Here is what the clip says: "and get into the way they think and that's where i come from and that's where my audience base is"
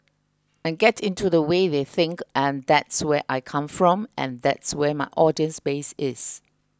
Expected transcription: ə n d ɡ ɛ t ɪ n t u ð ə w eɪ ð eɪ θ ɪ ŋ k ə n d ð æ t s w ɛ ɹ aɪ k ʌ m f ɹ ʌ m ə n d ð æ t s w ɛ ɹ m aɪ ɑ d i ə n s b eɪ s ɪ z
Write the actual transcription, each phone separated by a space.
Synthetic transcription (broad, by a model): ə n ɡ ɛ t ɪ n t u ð ə w eɪ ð eɪ θ ɪ ŋ k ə n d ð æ t s w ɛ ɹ aɪ k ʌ m f ɹ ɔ m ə n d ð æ t s w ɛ m aɪ ɑ d i ə n s b eɪ s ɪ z